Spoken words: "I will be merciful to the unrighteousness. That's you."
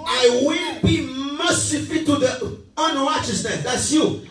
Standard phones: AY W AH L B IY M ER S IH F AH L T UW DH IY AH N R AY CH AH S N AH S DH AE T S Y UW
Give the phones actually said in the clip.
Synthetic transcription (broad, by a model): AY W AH N B IY M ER S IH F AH T UW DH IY AH N R AY CH AH S N AH S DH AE T S Y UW